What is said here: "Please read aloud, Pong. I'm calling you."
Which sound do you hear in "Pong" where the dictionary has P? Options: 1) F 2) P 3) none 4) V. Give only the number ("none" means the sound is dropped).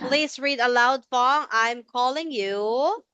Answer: 1